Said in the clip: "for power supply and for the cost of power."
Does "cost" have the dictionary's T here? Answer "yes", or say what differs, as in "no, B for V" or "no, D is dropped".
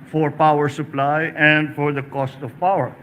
yes